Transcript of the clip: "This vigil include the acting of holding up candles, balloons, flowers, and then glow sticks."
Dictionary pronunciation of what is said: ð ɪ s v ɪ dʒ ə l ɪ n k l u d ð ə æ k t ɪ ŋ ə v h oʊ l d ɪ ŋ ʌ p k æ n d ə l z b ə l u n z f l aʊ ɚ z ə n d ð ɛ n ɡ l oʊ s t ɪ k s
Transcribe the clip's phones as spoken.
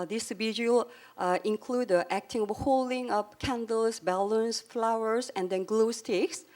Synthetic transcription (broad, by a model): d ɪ s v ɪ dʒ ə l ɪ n k l u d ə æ k t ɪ ŋ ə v h oʊ l d ɪ ŋ ʌ p k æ n d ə l s b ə l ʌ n s f l aʊ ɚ s ə n d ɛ n ɡ l oʊ s t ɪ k s